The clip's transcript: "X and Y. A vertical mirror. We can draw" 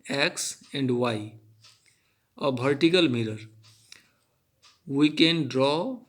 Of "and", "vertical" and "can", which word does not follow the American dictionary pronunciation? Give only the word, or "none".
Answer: vertical